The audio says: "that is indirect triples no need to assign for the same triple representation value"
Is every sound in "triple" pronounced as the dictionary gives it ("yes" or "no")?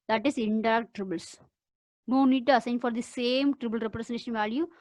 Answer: no